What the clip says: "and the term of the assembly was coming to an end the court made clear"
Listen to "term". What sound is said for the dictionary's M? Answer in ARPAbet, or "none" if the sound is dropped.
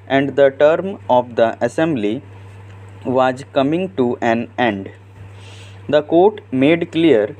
M